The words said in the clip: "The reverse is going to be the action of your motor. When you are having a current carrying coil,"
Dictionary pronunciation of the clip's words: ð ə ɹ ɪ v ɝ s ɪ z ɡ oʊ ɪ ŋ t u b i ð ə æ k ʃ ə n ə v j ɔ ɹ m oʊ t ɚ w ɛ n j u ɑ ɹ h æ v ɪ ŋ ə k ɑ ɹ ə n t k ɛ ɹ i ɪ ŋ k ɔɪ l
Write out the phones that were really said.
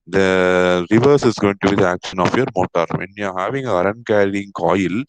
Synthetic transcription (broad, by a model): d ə ɹ ɪ v ɝ s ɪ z ɡ oʊ ɪ ŋ t u b i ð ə æ k ʃ ə n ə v j ɔ ɹ m oʊ t ɚ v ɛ n j u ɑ ɹ h æ v ɪ ŋ ə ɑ ɹ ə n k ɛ ɹ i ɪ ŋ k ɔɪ l